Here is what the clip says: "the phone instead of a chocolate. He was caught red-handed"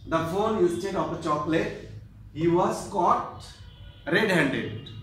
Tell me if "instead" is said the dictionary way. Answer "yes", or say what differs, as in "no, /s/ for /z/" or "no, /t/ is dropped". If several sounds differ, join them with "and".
no, /n/ is dropped